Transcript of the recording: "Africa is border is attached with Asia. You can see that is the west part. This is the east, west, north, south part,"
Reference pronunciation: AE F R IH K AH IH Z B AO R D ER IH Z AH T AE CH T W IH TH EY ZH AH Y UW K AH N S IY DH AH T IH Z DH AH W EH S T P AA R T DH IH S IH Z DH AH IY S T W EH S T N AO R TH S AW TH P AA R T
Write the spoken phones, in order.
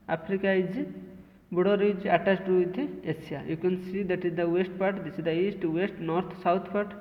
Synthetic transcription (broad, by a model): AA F R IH K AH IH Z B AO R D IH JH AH T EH S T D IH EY S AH Y UW K AH N S IY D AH T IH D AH W EH S T P AA R T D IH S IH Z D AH IY S T W EH S T N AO R T S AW T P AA R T